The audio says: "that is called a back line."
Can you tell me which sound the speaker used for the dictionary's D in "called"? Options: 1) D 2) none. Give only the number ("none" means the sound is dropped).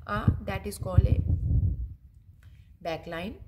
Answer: 2